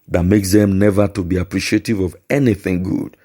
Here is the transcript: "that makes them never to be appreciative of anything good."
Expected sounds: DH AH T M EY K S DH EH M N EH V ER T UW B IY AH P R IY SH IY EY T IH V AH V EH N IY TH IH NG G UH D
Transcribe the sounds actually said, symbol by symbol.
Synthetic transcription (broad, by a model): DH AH T M EY K S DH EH M N EH V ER T UW B IY AH P R IY SH IY EY T IH V AH V EH N IY TH IH NG G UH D